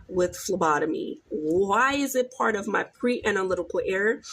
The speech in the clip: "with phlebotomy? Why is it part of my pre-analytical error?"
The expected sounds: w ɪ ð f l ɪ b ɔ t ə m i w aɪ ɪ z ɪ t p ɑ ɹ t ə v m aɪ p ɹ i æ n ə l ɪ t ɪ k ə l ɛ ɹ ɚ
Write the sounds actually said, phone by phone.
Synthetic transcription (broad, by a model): w ɪ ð f l ɪ b ɔ t ə m i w aɪ ɪ z ɪ t p ɑ ɹ t ə v m aɪ p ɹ i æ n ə l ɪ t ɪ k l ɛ ɹ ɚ